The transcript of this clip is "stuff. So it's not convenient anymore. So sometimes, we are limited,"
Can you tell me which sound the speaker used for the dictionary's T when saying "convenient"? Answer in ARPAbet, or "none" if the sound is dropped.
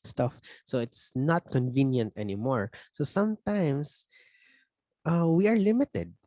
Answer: T